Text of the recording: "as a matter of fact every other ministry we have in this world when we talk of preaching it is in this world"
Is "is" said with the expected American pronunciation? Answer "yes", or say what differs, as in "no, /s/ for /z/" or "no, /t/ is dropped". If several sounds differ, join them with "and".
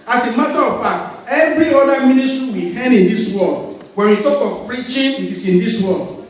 no, /s/ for /z/